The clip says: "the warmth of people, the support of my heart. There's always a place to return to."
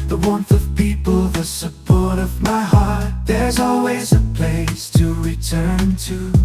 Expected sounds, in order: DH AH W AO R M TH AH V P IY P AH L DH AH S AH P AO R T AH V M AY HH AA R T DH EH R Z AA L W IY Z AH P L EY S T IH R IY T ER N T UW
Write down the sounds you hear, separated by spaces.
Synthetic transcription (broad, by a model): DH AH W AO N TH AH V P IY P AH L DH AH S AH P AO R T AH V M AY HH AA R T DH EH R Z AA L W IY Z AH P L EY S T IH R IY T ER N T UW